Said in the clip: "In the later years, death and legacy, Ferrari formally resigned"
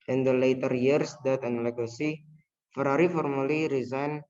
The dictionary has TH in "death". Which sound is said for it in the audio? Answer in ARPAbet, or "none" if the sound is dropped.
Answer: T